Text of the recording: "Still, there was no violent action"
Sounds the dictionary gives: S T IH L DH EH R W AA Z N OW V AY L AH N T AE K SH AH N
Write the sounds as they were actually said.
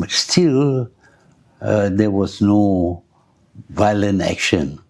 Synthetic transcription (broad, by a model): S T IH L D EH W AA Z N OW V AY L AH N T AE K SH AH N